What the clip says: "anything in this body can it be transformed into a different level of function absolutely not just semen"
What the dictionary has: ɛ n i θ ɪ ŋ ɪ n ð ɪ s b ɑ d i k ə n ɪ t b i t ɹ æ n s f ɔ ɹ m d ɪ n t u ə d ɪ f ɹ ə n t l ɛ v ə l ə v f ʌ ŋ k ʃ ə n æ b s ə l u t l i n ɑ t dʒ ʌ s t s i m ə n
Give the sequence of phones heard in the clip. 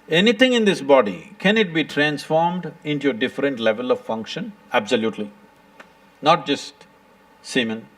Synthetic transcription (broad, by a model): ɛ n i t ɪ ŋ ɪ n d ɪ s b ɑ d i k ə n ɪ t b i t ɹ æ n s f ɔ ɹ m d ɪ n t u ə d ɪ f ɹ ə n t l ɛ v ə l ə v f ʌ ŋ k ʃ ə n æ b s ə l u t l i n ɑ t dʒ ʌ s t s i m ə n